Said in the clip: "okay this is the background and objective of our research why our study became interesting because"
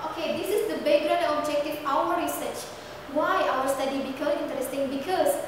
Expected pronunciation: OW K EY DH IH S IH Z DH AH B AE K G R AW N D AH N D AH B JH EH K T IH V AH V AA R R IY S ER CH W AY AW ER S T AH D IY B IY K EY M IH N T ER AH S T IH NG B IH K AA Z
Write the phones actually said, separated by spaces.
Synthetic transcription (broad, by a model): OW K EY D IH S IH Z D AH B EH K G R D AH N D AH B JH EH K T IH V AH W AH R R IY S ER CH W AY AW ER S T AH D IY B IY K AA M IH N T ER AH S T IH NG B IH K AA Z